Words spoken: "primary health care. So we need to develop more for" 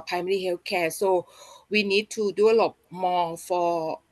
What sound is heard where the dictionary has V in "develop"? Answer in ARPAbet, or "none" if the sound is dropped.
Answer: none